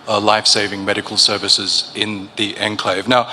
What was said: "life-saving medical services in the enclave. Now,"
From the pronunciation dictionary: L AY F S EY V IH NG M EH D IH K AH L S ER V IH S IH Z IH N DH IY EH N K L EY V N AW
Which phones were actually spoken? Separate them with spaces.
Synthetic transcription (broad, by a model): L AY F S EY V IH NG M EH D IH K AH L S ER V IH S IH Z IH N DH IY EH N K L EY V N AW